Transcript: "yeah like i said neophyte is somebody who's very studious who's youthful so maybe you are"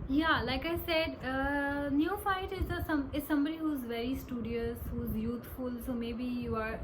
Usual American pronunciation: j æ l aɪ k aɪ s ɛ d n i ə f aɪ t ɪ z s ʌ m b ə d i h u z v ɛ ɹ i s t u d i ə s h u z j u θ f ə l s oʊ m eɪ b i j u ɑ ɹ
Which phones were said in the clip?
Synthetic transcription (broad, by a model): j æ l aɪ k aɪ s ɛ d n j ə f aɪ t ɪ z s ʌ m b ə d i h u z v ɛ ɹ i s t u d i ə s h u z j u t f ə l s oʊ m eɪ b i j u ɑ ɹ